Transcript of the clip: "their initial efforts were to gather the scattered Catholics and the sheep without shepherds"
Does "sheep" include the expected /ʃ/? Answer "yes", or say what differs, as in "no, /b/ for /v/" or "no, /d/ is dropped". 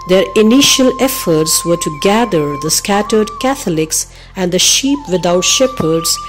yes